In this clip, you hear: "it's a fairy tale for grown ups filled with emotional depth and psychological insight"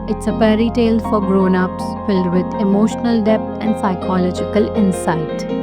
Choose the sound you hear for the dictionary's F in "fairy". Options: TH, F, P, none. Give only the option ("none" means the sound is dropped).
P